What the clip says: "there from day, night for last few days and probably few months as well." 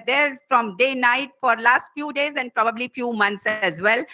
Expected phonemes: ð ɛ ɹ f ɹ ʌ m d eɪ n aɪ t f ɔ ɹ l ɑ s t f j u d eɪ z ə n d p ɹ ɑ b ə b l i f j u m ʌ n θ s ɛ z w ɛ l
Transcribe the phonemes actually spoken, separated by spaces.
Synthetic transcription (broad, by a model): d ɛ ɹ f ɹ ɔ m d eɪ n aɪ t f ɔ ɹ l ɑ s t f j u d eɪ z ə n d p ɹ ɑ b ə b l i f j u m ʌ n t s ɛ z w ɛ l